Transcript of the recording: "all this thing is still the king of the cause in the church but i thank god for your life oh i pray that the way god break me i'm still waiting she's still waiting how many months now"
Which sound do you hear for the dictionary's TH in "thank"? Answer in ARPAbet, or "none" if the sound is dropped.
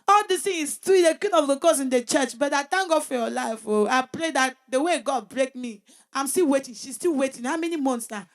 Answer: T